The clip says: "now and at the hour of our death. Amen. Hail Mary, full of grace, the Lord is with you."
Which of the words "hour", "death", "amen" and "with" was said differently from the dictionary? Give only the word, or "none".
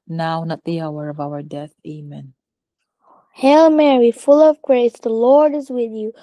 none